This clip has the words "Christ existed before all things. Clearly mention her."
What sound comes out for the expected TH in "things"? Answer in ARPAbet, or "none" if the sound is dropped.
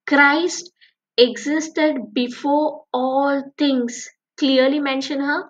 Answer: T